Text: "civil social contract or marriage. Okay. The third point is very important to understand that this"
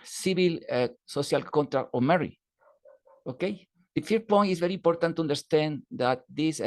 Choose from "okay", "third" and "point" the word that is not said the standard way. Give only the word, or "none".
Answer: third